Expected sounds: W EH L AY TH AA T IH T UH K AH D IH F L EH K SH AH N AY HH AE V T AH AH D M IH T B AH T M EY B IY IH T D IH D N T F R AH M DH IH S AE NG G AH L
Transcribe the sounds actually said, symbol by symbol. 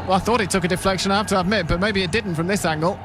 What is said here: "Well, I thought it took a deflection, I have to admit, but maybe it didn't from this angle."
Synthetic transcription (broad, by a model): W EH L AY TH AA T IH T UH K AH D IH F L EH K SH AH N AY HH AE F T AH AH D M IH T B AH T M EY B IY IH T D IH D N T F R AH M DH IH S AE NG G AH L